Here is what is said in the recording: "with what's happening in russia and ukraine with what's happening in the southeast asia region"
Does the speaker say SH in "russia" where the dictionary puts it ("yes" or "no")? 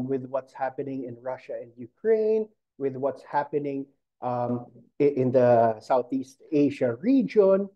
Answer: yes